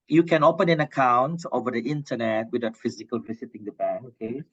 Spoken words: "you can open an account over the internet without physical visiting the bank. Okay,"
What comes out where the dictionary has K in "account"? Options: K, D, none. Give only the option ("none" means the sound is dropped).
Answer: K